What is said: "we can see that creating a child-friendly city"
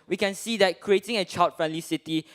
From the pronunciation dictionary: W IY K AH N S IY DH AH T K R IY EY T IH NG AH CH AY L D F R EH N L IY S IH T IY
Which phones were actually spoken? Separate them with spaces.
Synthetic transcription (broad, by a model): W IY K AH N S IY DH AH T K R IY EY T IH NG AH CH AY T F R EH N L IY S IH T IY